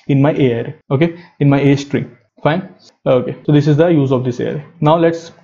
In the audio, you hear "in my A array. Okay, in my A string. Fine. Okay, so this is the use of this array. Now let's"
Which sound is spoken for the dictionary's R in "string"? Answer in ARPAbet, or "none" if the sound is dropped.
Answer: R